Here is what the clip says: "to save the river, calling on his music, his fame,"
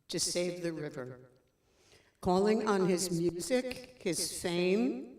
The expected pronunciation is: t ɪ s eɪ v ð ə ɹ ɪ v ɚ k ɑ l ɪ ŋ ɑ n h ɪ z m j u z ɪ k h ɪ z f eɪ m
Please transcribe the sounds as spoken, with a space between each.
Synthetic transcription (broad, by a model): t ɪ s eɪ v ð ə ɹ ɪ v ɚ k ɑ l ɪ ŋ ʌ n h ɪ z m j u z ɪ k h ɪ z f eɪ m